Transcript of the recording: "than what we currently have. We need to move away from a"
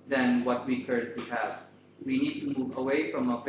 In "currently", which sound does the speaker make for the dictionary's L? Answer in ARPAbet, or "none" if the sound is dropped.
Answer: none